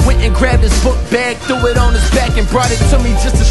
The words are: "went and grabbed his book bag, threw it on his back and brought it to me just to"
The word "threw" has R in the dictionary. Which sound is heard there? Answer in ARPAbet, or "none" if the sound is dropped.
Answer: none